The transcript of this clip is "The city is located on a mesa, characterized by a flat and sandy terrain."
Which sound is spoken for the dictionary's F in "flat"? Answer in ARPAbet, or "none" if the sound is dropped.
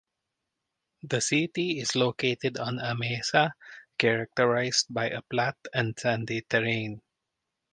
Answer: P